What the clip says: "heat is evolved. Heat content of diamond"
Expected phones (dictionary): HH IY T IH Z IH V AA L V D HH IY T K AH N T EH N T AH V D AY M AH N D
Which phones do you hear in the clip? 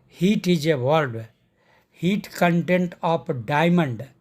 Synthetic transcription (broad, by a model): HH IY T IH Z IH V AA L D HH IY T K AH N T EH N T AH P D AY M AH N D